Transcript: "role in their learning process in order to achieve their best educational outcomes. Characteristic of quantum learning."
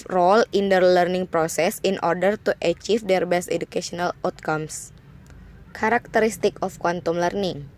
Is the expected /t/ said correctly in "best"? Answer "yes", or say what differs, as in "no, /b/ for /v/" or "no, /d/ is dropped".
yes